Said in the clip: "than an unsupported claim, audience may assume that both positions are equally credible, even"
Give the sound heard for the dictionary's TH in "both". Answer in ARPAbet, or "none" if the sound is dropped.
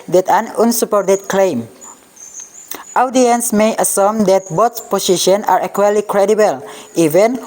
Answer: S